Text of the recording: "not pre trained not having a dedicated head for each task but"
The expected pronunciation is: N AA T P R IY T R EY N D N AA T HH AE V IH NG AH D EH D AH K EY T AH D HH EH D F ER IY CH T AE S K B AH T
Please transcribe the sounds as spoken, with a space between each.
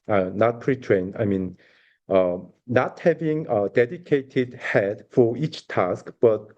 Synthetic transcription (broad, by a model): N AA T P R IY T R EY N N N AA T HH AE V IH NG AH D EH D AH K EY T AH D HH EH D F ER IY CH T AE S K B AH T